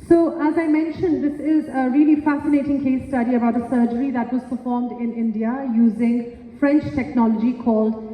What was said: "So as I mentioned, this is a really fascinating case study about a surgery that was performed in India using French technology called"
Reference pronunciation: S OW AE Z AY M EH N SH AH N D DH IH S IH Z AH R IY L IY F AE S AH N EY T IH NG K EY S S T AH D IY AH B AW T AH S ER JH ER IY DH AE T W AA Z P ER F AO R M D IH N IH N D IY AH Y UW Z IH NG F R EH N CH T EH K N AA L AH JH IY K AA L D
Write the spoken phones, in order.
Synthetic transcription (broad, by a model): S OW AE Z AY M EH N SH AH N D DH IH S IH Z AH R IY L IY F AE S AH N EY T IH NG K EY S S T AH D IY AH B AW T AH S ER JH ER IY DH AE T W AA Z P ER F AO R M D IH N IH N D IY AH Y UW Z IH NG F R EH N CH T EH K N AA L AH JH IY K AA L D